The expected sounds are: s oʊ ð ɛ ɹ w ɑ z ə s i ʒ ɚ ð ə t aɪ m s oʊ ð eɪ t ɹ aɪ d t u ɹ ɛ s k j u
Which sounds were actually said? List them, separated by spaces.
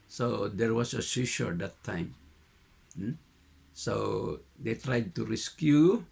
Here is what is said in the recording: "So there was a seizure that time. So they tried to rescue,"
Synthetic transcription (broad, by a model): s oʊ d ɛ ɹ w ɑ s ə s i ʃ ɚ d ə t aɪ m s oʊ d eɪ t ɹ aɪ d t u ɹ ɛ s k j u